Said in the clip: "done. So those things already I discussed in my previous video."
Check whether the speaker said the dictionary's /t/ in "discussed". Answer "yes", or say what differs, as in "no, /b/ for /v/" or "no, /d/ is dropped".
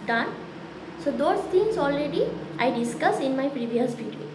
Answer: no, /t/ is dropped